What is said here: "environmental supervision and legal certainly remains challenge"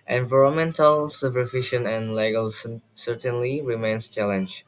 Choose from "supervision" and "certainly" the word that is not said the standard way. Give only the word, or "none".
supervision